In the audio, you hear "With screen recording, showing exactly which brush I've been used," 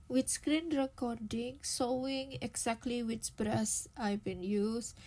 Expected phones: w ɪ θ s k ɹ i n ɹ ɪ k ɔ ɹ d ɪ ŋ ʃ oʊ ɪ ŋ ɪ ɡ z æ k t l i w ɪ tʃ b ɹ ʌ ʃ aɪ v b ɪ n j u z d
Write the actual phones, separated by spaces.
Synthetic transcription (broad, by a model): w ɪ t s k ɹ i n ɹ ɪ k ɔ ɹ d ɪ ŋ s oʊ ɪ ŋ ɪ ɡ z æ k t l i w ɪ tʃ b ɹ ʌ s aɪ b ɪ n j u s